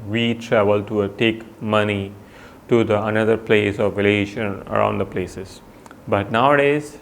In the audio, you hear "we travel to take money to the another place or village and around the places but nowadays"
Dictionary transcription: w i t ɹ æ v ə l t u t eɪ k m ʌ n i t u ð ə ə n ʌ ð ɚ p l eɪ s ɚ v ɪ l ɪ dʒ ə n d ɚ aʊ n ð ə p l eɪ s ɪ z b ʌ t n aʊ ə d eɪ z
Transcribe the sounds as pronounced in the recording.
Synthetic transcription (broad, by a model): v i t ɹ æ v ə l t u t eɪ k m ʌ n i t u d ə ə n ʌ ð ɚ p l eɪ s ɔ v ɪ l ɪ ʃ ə n ɚ aʊ n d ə p l eɪ s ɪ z b ʌ t n aʊ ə d eɪ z